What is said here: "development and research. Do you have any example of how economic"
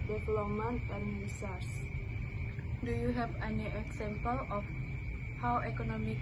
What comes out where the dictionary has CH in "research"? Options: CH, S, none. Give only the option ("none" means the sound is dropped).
S